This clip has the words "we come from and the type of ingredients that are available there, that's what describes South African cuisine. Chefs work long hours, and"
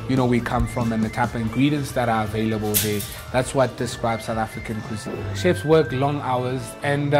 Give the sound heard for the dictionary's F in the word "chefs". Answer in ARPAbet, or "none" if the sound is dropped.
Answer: P